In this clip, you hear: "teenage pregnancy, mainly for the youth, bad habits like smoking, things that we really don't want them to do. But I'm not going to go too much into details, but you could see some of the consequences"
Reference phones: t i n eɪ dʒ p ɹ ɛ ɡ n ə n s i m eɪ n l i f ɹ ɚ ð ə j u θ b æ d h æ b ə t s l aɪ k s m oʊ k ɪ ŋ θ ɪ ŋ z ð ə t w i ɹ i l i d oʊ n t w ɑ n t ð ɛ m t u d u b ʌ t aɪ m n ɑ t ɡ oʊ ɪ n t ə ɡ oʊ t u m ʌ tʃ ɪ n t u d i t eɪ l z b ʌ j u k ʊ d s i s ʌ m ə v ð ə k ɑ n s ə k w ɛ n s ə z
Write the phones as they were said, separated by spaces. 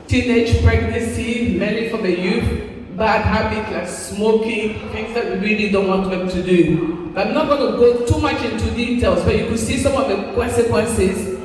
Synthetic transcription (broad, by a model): t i n eɪ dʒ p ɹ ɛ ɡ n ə s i m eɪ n i f ɹ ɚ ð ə j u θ b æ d h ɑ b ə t l aɪ k s m oʊ k ɪ ŋ θ ɪ ŋ z ð ə t w i ɹ i l i d oʊ n t w ɑ n t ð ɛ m t u d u b ʌ t aɪ m n ɑ t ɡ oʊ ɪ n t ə ɡ oʊ t u m ʌ tʃ ɪ n t u d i t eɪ l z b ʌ j u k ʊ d s i s ʌ m ə v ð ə k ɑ n s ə k w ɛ n s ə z